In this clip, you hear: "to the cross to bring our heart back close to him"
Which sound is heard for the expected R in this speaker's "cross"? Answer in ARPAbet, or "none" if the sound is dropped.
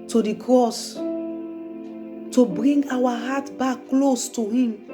R